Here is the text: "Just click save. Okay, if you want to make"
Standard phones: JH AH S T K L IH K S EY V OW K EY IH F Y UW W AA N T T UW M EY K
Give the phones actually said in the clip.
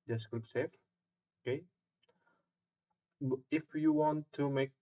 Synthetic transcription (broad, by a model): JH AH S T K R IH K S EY F OW K EY IH F Y UW W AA N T T UW M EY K